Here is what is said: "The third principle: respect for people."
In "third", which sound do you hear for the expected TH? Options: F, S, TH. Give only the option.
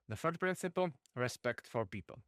F